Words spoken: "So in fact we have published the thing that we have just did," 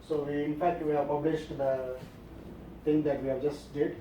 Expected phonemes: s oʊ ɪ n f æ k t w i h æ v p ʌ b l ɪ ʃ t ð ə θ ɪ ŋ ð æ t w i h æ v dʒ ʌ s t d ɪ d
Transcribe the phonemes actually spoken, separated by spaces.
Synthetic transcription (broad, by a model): s oʊ ɪ n f æ k t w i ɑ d p ʌ b l ɪ ʃ t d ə t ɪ ŋ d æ t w i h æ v dʒ ʌ s t d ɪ d